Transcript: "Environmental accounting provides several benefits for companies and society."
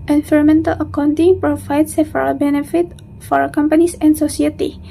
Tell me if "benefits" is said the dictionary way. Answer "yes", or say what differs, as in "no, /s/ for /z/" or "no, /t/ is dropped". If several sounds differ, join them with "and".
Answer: no, /s/ is dropped